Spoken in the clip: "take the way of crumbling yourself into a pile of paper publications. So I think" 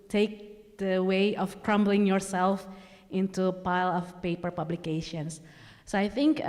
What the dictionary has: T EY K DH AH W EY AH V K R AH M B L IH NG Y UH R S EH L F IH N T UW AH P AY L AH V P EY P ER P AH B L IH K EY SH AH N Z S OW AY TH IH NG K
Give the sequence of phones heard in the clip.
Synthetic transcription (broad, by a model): T EY K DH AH W EY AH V K R AH M B L IH NG Y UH R S EH L F IH N T UW P AY L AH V P EY P ER P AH B L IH K EY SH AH N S S OW AY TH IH NG K